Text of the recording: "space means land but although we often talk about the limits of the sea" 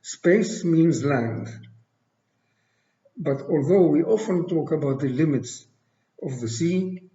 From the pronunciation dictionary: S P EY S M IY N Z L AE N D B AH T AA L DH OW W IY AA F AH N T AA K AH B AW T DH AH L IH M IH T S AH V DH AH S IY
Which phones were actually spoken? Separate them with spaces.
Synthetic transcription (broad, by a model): S P EY S M IY N Z L AE N D B AH T AA L DH OW W IY AA F AH N T AA K AH B AW T DH AH L IH M IH T S AH V DH AH S IY